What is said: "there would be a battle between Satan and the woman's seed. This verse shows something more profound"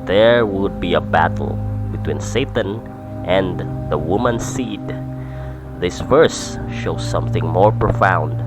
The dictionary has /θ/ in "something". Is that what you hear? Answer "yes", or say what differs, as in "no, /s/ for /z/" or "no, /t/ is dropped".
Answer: yes